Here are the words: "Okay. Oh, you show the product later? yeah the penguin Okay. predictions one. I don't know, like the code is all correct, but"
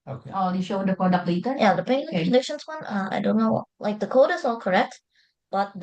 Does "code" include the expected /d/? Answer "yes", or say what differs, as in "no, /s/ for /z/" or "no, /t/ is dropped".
yes